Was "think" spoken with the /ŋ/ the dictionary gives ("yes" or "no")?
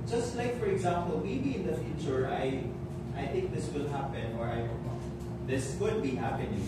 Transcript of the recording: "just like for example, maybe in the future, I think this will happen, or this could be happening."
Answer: yes